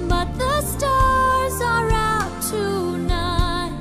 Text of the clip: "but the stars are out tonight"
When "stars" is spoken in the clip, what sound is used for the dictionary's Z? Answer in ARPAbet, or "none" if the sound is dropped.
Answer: Z